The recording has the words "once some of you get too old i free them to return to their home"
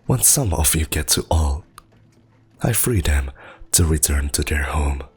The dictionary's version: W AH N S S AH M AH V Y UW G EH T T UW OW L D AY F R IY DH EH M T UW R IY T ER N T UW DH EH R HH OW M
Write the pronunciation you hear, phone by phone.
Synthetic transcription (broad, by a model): W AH N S S AH M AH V Y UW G EH T T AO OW L AY F R IY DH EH M T UW R IY T ER N T UW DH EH R HH OW M